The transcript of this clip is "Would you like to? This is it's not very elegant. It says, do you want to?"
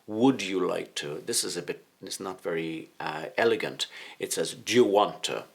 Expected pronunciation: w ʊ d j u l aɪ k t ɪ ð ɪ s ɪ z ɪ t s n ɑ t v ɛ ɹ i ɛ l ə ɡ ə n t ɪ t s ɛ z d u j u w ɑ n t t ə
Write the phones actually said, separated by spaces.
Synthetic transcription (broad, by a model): w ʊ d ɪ l aɪ k t ɪ ð ɪ s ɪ z ɪ t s n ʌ t v ɛ ɹ i ɛ l ə ɡ ə n t ɪ t s ɛ z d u w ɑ n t t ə